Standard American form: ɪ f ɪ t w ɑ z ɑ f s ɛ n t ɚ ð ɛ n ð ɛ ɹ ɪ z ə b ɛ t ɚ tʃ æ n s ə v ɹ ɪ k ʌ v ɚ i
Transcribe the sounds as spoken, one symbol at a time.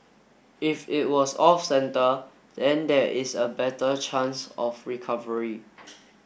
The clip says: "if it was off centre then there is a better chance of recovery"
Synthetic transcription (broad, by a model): ɪ f ɪ t w ɑ s ɑ f s ɛ n t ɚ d ɛ n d ɛ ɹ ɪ s ə b ɛ t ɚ tʃ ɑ n s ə f ɹ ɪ k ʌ v ɚ i